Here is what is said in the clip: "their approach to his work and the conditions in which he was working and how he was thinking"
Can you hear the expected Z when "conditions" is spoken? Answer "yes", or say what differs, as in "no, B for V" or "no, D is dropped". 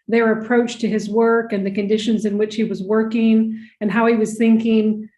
yes